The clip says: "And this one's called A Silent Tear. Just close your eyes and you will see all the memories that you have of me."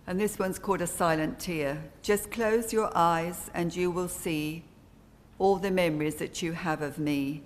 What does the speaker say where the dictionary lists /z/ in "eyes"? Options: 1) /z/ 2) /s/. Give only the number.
1